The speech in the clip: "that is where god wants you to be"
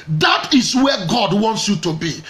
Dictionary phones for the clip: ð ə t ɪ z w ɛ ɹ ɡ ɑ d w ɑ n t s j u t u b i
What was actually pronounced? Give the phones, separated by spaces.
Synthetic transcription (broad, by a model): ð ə t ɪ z w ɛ ɡ ɑ d w ɑ n t s j u t u b i